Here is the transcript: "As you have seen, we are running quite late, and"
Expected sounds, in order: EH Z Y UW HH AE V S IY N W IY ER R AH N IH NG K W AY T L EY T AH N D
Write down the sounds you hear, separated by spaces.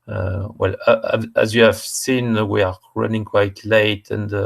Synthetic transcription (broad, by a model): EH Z Y UW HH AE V S IY N W IY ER R AH N IH NG K W AY T L EY T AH N D